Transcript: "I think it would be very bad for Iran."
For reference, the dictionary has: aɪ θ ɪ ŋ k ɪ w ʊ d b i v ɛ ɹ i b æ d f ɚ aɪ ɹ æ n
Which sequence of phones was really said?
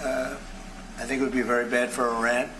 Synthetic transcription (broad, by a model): aɪ θ ɪ ŋ k ɪ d b i v ɛ ɹ i b æ d f ɚ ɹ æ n